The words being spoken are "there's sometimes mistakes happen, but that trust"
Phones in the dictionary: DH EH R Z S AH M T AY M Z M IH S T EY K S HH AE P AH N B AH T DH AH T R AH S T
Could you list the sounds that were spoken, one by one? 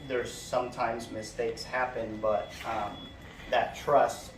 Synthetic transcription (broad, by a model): DH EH R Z S AH M T AY M Z M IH S T EY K S HH AE P AH N B AH T DH AH T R AH S T